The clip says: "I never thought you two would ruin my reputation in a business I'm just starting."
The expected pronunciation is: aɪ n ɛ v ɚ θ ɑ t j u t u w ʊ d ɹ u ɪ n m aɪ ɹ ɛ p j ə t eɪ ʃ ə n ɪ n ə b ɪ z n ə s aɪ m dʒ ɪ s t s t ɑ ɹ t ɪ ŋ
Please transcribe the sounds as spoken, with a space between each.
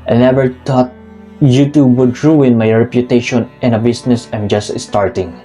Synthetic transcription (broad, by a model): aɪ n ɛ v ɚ t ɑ t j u t u w ʊ d ɹ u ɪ n m aɪ ɹ ɛ p j ə t eɪ ʃ ə n ɪ n ə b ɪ s n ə s aɪ m dʒ ɪ s t s t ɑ ɹ t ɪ ŋ